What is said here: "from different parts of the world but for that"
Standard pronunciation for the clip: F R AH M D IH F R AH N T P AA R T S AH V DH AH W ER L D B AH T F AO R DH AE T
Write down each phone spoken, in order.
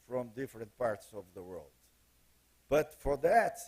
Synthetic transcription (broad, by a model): F R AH M D IH F R AH N T P AA R T S AH V DH AH W ER L D B AH T F AO R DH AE T